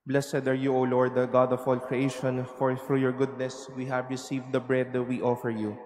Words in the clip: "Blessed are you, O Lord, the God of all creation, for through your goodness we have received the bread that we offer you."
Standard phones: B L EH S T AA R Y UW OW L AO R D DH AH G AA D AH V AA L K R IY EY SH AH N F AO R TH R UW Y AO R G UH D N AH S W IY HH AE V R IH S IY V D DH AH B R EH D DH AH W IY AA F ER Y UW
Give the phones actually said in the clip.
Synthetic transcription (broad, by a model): B L EH S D AA R Y UW OW L AO R D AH G AA D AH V AA L K R IY EY SH AH N F AO R F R Y AO R G UH D N AH S W IY HH AE V R IH S IY V D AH B R EH D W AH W AA F ER Y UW